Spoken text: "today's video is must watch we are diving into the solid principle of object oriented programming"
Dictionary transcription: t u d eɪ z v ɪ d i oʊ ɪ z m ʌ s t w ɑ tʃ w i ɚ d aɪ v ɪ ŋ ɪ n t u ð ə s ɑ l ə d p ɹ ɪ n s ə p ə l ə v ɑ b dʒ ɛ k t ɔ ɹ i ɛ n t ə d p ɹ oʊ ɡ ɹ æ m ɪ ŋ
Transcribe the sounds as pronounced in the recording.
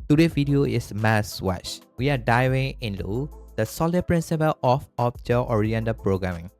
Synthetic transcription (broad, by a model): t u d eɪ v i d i oʊ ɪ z m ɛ s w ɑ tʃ w i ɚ d aɪ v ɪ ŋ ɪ n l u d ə s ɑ l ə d p ɹ ɪ n s ə p ə l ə f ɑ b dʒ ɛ t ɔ ɹ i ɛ n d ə p ɹ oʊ ɡ ɹ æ m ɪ ŋ